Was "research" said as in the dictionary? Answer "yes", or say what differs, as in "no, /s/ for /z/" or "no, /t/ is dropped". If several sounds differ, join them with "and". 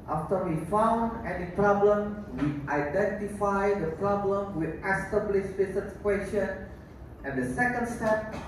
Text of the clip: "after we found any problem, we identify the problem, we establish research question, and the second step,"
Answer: no, /s/ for /tʃ/